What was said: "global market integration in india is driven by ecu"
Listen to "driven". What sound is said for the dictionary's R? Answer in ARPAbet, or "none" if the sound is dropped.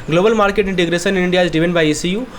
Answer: none